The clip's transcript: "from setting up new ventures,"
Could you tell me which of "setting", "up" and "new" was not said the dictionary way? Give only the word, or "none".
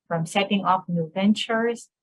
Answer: up